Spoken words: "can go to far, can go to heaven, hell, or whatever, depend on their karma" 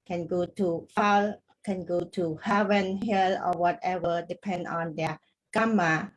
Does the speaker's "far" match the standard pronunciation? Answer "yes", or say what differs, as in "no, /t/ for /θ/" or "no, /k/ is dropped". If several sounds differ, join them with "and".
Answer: no, /l/ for /ɹ/